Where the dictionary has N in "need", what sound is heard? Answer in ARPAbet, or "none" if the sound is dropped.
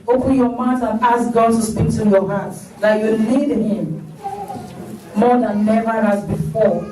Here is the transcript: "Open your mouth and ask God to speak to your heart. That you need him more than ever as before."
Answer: L